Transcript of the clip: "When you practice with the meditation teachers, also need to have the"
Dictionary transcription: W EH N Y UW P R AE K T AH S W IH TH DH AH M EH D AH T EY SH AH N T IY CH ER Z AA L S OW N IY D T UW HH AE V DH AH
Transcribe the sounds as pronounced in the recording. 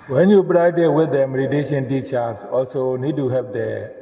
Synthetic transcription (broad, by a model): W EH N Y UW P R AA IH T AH W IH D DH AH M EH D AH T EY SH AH N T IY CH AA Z AA L S OW N IY D T UW HH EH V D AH